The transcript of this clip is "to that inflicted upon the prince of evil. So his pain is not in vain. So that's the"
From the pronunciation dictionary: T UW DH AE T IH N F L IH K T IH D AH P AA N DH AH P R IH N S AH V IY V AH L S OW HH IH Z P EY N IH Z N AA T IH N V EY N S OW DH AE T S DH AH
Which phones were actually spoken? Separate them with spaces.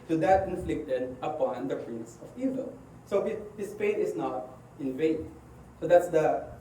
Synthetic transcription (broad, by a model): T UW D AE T IH N F L IH K T IH D AH P AA N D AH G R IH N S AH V IY V AH L S OW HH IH S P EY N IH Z N AA T IH N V EY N S OW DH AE T S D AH